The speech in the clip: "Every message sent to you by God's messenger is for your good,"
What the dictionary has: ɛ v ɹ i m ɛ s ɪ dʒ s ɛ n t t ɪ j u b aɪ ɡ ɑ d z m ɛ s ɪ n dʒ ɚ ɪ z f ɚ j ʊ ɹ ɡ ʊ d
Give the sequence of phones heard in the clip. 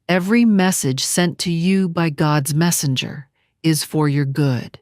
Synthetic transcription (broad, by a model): ɛ v ɹ i m ɛ s ɪ dʒ s ɛ n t t ɪ j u b aɪ ɡ ɑ d z m ɛ s ɪ n dʒ ɚ ɪ z f ɚ j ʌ ɹ ɡ ʊ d